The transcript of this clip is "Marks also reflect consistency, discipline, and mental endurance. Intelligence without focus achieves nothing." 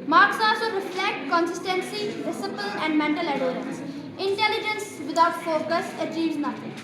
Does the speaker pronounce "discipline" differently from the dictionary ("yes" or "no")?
yes